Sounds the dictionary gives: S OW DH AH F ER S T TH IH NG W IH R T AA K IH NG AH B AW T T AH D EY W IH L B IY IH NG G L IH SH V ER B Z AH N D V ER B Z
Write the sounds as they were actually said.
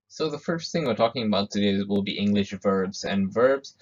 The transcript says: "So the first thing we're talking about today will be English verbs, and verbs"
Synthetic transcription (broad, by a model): S OW DH AH F ER S T TH IH NG W IH R T AA K IH NG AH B AW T T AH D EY W IH L B IY IH NG G L IH SH V ER B Z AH N V ER B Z